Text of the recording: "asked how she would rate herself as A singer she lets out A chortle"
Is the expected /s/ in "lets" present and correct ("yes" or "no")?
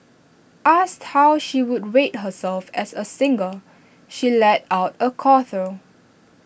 no